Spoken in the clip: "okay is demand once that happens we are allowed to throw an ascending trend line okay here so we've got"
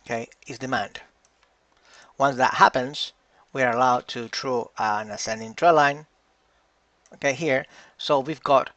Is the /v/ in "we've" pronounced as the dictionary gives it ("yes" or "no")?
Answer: yes